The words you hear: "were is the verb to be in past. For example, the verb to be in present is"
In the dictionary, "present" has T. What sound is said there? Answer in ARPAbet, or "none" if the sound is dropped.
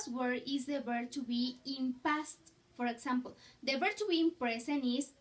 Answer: none